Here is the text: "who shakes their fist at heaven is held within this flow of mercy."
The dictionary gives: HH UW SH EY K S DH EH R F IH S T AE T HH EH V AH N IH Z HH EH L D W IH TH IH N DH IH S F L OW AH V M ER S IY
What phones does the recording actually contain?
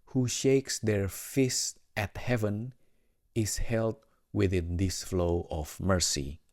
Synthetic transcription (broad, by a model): HH UW SH EY K S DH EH R F IH S T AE T HH EH V AH N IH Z HH EH L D W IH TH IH N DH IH S F L OW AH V M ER S IY